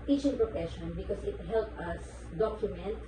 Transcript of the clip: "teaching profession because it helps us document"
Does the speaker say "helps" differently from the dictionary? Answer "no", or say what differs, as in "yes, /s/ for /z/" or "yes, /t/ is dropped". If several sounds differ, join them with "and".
yes, /s/ is dropped